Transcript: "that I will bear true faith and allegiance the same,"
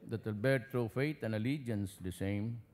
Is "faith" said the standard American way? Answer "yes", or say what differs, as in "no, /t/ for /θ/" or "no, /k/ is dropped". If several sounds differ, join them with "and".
no, /t/ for /θ/